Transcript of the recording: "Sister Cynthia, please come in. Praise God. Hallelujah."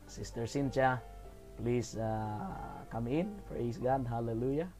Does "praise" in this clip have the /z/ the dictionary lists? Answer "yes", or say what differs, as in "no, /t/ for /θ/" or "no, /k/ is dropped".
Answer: no, /s/ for /z/